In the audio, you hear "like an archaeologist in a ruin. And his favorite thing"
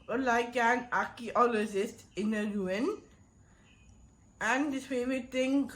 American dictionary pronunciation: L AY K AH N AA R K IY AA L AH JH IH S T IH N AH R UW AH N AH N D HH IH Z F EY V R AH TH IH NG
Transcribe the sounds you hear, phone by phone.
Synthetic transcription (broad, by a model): L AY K AH N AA K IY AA L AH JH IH S T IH N AH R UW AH N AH N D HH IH S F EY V R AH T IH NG